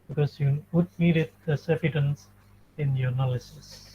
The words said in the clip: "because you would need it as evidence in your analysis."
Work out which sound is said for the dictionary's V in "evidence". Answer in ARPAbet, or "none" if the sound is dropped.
F